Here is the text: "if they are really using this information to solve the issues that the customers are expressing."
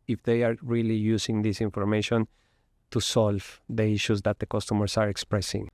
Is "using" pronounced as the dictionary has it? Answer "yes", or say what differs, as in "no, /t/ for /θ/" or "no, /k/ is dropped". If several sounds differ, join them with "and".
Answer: no, /s/ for /z/